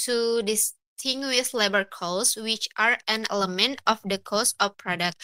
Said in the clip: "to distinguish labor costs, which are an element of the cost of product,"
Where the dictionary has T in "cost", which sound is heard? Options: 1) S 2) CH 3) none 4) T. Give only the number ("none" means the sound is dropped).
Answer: 3